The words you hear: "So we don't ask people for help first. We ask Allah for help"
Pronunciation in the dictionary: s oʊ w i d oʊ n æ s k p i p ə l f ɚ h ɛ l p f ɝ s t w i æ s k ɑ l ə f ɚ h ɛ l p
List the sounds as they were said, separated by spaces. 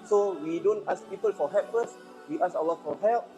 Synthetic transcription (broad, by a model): s oʊ w i d oʊ n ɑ s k p i p ə l f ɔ h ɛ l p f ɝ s w i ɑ s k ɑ w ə f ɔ h ɛ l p